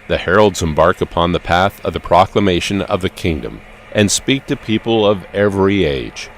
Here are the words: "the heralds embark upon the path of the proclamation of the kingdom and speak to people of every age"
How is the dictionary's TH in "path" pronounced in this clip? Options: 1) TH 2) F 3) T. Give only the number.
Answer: 1